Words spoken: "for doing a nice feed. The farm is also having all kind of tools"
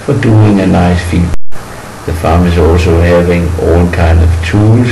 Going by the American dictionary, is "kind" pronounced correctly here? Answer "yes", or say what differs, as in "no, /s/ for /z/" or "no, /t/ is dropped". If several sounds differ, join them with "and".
yes